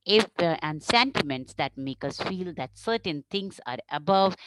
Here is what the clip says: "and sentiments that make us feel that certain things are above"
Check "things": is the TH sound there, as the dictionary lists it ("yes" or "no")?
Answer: no